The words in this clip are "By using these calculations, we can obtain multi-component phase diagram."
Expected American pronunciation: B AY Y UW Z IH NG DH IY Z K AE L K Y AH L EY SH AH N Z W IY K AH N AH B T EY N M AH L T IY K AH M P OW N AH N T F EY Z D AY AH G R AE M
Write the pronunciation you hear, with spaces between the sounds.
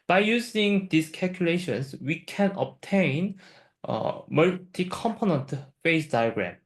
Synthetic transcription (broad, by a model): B AY Y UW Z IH NG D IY S K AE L K Y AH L EY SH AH N S W IY K AH N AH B T EY N M AH L T IY K AH M P OW N AH N T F EY S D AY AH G R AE M